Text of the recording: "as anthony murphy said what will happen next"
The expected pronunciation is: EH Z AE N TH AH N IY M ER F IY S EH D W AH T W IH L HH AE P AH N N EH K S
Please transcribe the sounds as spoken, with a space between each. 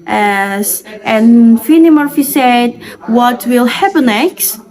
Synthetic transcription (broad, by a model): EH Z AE N F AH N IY M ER F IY S EH D W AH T W IH L HH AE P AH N N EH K S